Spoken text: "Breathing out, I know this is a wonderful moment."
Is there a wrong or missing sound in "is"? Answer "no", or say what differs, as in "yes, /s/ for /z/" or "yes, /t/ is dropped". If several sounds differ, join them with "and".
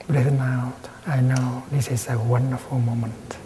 yes, /s/ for /z/